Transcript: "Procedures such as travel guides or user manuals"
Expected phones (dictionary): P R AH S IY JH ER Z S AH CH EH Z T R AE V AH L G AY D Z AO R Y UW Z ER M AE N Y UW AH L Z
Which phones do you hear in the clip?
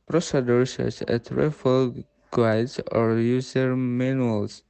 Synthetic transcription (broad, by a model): P R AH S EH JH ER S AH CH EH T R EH F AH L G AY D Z AO R Y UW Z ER M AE N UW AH L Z